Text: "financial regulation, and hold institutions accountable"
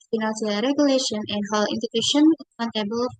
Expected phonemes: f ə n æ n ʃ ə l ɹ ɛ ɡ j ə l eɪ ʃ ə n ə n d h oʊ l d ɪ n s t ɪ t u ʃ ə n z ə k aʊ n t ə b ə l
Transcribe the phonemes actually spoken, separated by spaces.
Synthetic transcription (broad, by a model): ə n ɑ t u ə ɹ ɛ ɡ j ə l eɪ ʃ ə n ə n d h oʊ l ɪ n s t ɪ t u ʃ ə n ə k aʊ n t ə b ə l